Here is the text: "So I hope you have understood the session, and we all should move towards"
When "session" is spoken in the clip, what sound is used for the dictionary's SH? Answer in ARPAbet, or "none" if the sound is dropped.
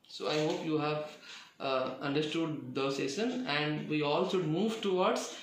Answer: S